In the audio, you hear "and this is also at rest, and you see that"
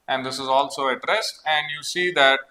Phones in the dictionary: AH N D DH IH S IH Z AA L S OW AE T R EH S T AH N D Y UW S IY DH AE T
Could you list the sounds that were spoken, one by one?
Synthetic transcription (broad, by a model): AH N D IH S IH Z AA L S OW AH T R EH S AH N D Y UW S IY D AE T